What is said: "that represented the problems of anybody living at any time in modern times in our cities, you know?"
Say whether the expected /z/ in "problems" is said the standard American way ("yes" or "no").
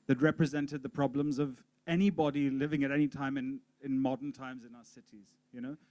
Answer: yes